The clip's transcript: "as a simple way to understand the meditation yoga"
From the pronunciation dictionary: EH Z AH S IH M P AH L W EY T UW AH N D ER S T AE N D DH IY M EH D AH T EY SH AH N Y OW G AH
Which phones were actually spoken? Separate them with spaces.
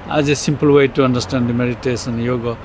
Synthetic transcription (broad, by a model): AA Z AH S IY M P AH L W EY T UW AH N D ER S T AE N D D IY M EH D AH T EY S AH N Y OW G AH